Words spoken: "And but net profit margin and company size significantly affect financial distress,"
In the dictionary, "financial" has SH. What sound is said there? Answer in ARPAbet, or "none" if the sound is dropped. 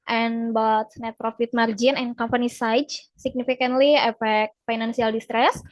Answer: S